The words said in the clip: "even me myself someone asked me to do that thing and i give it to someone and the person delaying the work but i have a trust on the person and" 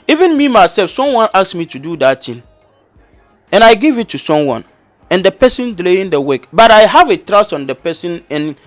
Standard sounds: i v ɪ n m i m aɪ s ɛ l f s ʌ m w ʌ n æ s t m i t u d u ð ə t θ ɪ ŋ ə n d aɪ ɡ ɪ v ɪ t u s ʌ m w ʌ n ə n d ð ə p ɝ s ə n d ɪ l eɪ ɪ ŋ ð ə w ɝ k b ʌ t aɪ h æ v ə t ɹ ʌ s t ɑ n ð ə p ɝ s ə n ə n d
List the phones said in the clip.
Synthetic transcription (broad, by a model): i v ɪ n m i m aɪ s ɛ l f s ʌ m w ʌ n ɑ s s m i t u d u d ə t t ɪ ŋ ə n aɪ ɡ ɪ v ɪ t u s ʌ m w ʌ n ə n d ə p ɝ s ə n d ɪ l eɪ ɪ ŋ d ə w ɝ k b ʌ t aɪ h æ v ə t ɹ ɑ s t ɑ n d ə p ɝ s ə n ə n